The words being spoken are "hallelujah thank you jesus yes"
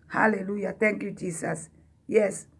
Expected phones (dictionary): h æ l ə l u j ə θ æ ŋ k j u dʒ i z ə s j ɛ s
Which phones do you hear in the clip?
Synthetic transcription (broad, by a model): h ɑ l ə l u j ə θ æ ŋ k j u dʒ i s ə s j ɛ s